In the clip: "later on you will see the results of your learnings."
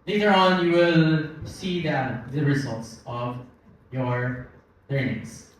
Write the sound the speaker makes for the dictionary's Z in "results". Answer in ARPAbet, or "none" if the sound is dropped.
Z